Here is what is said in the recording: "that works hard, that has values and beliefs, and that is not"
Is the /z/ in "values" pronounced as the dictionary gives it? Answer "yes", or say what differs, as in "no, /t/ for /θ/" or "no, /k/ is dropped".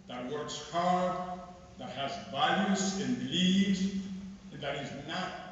no, /s/ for /z/